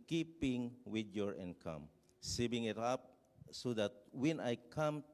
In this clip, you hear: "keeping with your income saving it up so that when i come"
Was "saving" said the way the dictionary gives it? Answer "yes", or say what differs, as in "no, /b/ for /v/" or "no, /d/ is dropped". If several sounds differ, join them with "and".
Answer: no, /b/ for /v/